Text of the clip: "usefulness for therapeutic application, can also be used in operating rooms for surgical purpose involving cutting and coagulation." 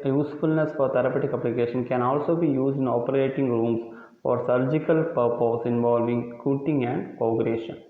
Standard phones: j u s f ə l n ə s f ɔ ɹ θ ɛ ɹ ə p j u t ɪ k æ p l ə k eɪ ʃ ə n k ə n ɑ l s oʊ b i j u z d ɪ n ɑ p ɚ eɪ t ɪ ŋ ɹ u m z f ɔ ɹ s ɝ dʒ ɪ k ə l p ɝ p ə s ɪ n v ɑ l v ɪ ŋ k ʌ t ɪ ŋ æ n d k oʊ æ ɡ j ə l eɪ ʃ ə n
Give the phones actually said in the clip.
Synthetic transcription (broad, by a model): j u s f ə l n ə s f ɔ ɹ t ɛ ɹ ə p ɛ t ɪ k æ p l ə k eɪ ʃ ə n k ə n ɑ l s oʊ b i j u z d ɪ n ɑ p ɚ eɪ t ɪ ŋ ɹ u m s f ɔ ɹ s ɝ dʒ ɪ k ə l p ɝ p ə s ɪ n v ɑ l v ɪ ŋ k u t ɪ ŋ æ n d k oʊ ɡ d eɪ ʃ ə n